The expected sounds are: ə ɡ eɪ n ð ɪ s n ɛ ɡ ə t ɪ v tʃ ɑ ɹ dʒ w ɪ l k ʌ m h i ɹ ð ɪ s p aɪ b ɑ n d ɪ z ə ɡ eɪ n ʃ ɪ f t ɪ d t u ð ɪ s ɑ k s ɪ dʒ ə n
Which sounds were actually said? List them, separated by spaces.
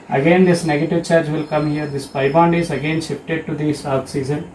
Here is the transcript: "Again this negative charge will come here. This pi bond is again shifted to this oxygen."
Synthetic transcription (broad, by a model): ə ɡ eɪ n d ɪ s n ɛ ɡ ə t ɪ v tʃ ɑ ɹ dʒ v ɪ l k ʌ m h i ɹ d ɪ s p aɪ b ɑ n d ɪ z ə ɡ eɪ n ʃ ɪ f t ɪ d t u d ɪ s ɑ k s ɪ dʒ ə n